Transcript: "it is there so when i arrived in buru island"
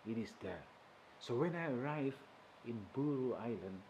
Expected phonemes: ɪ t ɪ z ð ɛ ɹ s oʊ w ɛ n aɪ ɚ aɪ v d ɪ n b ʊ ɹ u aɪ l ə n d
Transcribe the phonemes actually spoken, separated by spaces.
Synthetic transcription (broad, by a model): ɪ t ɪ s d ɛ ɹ s oʊ w ɛ n aɪ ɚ aɪ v ɪ n b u ɹ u aɪ l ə n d